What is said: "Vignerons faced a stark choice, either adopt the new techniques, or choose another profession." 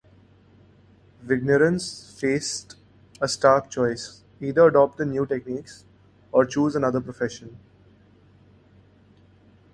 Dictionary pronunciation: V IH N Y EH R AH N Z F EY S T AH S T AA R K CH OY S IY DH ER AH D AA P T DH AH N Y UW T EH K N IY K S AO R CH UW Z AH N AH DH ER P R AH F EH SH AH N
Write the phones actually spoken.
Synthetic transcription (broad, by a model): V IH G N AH R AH N S F EY S T AH S T AA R K CH OY S IY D ER AH D AA P T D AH N Y UW T EH K N IY K S AO R CH UW Z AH N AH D ER P R AH F EH SH AH N